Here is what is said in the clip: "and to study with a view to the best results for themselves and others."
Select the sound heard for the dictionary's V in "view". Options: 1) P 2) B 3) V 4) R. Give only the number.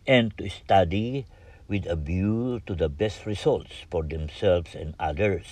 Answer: 2